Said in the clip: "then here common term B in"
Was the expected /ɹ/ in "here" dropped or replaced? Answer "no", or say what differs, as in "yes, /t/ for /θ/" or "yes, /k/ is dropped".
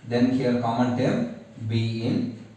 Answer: yes, /l/ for /ɹ/